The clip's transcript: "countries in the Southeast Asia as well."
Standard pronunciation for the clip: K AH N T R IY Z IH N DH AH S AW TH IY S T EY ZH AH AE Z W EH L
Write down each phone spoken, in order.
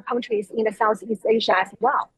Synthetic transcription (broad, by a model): K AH N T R IY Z IH N DH AH S AW TH IY S T EY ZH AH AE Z W EH L